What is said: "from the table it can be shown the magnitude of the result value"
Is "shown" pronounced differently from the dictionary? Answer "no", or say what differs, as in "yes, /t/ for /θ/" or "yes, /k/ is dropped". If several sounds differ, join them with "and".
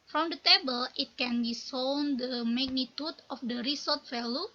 yes, /s/ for /ʃ/